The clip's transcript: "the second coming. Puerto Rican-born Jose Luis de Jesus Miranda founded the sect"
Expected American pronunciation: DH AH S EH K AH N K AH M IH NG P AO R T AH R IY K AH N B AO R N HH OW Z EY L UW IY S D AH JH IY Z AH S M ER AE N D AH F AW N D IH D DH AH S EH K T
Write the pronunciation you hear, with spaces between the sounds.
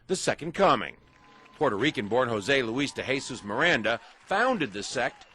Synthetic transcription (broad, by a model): DH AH S EH K AH N K AH M IH NG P AO R T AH R IY K AH N B AO R N HH OW Z EY L UW IY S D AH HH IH S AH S M ER AE N D AH F AW N D IH D DH AH S EH K T